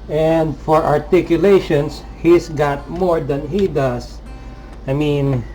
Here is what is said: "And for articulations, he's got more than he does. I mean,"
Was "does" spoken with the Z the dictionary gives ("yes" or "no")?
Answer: no